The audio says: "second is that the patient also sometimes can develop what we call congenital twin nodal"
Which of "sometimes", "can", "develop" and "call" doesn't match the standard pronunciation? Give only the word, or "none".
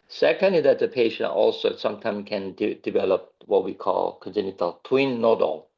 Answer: sometimes